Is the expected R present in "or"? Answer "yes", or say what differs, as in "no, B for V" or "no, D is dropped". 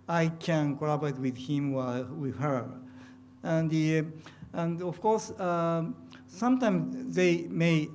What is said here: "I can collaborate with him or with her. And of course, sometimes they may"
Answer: no, L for R